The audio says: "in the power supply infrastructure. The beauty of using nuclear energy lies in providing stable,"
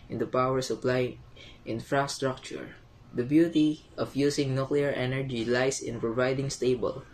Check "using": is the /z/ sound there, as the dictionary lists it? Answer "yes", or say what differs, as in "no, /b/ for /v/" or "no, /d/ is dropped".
no, /s/ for /z/